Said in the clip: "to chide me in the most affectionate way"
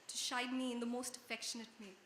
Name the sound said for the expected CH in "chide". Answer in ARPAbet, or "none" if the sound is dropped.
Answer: SH